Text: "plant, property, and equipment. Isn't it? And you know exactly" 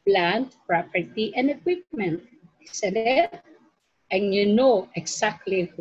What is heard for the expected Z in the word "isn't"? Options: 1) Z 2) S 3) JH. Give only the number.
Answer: 2